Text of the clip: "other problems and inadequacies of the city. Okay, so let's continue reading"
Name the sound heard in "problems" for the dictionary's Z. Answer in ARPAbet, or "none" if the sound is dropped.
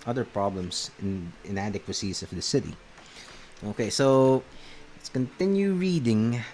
S